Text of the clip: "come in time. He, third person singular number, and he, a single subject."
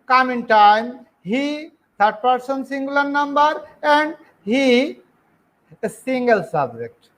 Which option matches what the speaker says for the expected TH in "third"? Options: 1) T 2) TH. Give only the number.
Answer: 1